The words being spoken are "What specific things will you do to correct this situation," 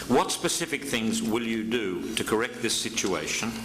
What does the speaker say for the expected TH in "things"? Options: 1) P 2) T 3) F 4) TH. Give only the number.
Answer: 4